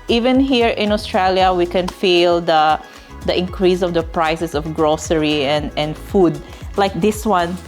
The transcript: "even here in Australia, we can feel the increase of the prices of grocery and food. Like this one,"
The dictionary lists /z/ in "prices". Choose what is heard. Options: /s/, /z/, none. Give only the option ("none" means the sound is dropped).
/s/